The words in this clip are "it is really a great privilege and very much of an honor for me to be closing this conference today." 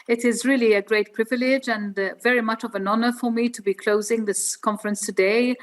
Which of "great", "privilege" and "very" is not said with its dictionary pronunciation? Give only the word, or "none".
none